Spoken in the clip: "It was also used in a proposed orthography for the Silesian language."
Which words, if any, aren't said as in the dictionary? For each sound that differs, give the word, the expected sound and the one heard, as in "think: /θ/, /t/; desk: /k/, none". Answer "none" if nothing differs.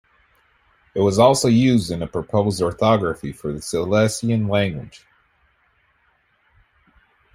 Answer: silesian: /z/, /s/